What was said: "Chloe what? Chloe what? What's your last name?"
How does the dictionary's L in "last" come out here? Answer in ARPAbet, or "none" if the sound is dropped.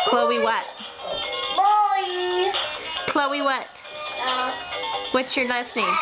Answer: N